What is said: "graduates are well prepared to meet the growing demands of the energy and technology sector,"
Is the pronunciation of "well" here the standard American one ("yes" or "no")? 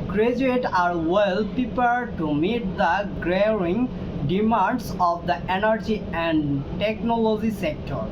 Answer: yes